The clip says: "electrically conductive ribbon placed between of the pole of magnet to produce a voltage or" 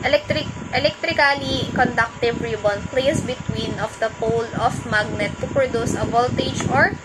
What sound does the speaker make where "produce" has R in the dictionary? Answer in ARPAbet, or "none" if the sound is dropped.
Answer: R